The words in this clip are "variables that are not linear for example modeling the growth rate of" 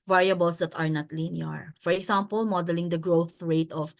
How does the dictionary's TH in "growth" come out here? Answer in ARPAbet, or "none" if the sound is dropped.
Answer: TH